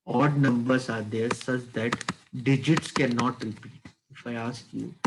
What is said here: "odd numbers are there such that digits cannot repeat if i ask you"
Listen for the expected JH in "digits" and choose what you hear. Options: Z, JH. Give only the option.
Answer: JH